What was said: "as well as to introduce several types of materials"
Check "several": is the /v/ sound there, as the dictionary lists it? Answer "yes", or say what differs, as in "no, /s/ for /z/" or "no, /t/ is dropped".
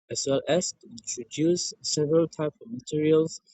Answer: yes